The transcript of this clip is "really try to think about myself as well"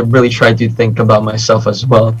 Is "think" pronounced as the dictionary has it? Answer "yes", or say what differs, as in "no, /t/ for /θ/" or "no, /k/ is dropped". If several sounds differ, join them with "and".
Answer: yes